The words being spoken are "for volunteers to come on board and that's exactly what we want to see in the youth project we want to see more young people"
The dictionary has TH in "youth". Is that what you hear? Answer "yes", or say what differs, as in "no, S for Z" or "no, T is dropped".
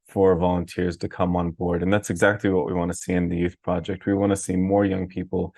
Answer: yes